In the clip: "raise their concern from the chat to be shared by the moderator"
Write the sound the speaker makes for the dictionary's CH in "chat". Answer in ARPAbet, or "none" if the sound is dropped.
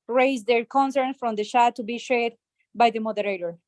SH